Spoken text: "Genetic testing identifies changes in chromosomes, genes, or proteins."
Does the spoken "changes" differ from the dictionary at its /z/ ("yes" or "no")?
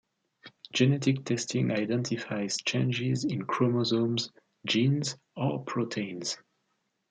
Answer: no